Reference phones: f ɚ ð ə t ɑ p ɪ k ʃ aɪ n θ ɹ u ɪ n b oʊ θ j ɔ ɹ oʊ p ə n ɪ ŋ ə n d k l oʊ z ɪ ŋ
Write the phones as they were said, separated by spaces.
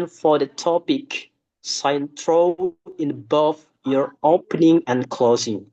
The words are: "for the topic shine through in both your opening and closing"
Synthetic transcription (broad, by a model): f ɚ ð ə t ɑ p ɪ k s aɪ n t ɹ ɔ ɪ n b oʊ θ j ɔ ɹ oʊ p ə n ɪ ŋ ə n k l oʊ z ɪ ŋ